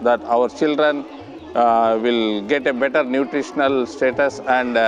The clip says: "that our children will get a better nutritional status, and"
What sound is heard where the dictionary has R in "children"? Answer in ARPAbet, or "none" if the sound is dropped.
R